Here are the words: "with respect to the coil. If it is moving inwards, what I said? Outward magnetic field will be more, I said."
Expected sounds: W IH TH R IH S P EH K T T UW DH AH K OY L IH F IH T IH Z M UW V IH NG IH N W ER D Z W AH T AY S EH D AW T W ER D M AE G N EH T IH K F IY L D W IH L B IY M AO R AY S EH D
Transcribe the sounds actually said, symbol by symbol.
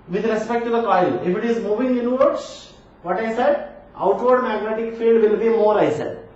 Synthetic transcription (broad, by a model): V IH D R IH S P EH K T T UW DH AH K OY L IH F IH T IH Z M UW V IH NG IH N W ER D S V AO T AY S EH D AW T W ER D M AE G N EH T IH K F IY L D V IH L B IY M AO R AY S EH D